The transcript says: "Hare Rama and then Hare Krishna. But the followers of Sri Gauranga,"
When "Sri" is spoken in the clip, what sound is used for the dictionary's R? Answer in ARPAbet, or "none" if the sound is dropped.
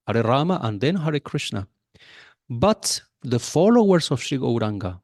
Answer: none